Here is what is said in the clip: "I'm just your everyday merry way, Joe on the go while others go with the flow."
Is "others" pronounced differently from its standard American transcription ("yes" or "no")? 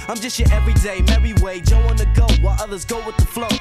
no